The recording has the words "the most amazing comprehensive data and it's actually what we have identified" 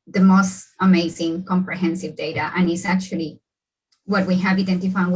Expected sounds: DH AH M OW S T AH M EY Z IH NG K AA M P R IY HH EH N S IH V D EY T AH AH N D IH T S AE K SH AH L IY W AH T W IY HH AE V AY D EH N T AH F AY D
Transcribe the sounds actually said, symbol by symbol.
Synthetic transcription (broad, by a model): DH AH M OW S T AH M EY Z IH NG K AA M P R IY HH EH N S IH V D EY T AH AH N IH T S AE K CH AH L IY W AH T W IY HH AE V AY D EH N T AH F AY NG